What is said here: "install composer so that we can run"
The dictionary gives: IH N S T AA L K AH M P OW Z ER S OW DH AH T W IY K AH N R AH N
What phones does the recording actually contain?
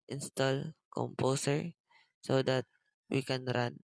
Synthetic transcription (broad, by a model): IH N S T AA L K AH M P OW S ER S OW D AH T W IY K AH N R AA N